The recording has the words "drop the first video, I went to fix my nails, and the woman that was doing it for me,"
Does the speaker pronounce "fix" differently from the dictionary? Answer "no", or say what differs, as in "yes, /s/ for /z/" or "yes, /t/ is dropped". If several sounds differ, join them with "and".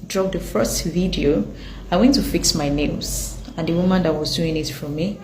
no